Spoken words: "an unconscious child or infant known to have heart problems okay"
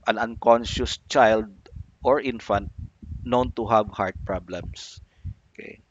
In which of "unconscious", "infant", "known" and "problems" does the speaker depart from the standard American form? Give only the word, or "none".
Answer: problems